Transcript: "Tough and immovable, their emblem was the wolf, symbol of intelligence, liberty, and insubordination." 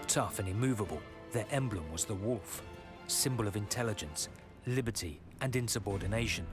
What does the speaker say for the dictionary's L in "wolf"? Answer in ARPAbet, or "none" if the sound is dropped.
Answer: L